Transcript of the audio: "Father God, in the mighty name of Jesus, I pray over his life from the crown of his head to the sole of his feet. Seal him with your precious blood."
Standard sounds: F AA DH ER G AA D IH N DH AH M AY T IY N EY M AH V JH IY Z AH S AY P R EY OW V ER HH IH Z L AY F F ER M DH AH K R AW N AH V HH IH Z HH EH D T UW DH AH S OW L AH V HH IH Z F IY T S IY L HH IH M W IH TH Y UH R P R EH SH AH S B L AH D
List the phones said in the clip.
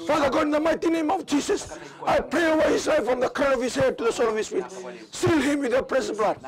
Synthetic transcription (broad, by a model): F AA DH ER G AA D IH N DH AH M AY T IY N EY M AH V JH IY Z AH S AY P R EY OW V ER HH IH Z L AY F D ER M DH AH K AW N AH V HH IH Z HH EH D T UW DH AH S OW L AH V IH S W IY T S IY L HH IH M W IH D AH P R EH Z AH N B L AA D